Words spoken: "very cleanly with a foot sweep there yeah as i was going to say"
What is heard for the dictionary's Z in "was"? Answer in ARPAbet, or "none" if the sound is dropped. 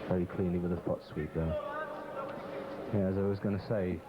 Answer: Z